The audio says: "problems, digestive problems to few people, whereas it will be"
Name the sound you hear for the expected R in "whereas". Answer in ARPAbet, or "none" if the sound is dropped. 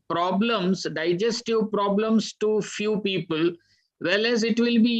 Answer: L